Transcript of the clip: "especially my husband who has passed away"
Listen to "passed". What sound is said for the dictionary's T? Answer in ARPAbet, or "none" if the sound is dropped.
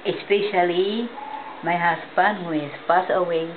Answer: none